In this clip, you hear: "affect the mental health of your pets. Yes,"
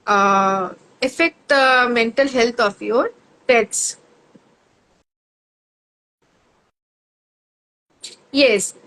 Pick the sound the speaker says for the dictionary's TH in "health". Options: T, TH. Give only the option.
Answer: T